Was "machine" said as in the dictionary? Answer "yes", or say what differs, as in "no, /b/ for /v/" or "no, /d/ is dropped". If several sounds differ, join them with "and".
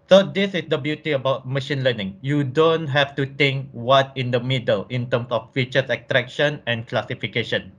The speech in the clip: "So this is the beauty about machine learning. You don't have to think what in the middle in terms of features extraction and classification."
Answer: yes